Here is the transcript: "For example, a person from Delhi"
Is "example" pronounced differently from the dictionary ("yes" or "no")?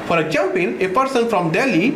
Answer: yes